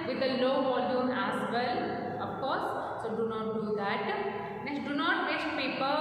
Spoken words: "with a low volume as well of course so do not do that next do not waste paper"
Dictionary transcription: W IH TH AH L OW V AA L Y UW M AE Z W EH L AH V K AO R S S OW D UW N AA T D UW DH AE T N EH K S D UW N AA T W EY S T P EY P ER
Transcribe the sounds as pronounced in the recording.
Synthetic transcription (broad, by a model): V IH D AH L OW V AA L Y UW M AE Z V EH L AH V K AO R S S OW D UW N AA T D UW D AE T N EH S D UW N AA T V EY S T P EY P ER